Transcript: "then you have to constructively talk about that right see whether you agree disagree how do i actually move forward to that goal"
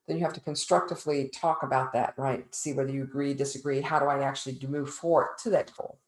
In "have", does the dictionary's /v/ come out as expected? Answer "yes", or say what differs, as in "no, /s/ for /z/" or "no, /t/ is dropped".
no, /f/ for /v/